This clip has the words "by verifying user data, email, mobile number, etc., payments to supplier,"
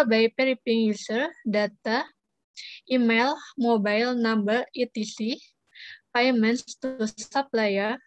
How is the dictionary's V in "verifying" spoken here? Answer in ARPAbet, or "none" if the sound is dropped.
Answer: P